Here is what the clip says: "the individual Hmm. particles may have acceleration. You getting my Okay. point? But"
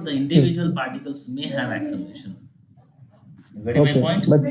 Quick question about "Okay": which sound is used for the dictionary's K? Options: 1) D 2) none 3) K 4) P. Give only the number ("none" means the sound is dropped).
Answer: 2